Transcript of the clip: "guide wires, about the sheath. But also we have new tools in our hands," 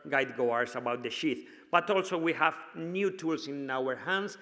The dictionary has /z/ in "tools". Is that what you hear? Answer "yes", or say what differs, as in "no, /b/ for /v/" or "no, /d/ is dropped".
no, /s/ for /z/